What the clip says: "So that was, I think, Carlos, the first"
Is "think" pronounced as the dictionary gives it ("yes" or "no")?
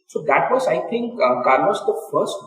no